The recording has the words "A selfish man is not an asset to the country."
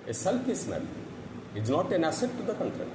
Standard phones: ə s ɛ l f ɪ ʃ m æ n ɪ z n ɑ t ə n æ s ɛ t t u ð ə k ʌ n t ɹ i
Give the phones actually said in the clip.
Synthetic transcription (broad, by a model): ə s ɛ l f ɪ s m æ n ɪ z n ɑ t ə n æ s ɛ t t u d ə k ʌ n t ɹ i